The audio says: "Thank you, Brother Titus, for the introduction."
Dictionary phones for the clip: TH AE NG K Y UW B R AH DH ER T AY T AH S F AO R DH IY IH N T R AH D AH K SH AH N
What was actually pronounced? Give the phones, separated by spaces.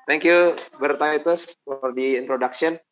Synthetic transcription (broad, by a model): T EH NG K Y UW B AH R T AY T AH S F AO R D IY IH N T R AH D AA K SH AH N